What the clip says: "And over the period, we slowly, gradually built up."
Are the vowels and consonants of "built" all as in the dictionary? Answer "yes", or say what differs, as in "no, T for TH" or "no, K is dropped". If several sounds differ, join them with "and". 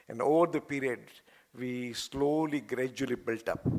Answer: yes